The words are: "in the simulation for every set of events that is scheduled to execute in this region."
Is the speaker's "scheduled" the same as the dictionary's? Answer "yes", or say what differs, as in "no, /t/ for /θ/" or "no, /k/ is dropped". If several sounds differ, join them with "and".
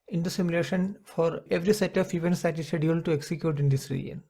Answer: no, /dʒ/ is dropped